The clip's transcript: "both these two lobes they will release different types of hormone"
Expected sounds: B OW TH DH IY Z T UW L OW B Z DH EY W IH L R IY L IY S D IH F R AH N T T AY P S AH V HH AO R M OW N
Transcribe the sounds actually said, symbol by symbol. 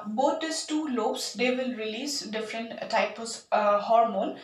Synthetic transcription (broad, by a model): B OW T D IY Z T UW L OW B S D EY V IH L R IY L IY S D IH F R AH N T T AY P AH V HH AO R M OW N